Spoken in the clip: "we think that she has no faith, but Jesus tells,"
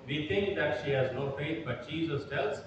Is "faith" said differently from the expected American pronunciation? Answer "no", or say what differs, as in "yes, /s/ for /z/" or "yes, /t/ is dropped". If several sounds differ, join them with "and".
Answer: yes, /t/ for /θ/